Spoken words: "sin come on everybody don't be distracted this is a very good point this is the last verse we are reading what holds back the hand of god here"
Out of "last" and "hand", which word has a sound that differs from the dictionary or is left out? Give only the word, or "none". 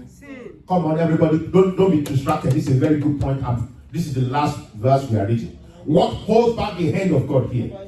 none